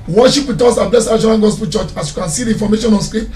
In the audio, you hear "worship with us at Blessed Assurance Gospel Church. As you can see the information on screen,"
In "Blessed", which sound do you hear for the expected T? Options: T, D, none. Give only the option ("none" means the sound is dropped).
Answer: none